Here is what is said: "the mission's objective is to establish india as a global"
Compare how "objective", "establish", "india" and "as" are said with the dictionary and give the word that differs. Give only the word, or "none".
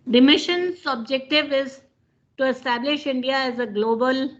none